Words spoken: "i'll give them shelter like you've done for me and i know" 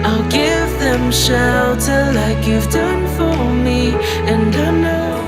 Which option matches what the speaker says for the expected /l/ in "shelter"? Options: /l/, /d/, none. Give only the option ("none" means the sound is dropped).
none